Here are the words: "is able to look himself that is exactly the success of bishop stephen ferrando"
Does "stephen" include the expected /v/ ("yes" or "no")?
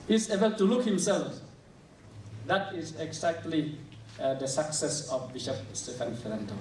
no